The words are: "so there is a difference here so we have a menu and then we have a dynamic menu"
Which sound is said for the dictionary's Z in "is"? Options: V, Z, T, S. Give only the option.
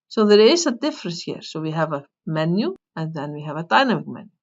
S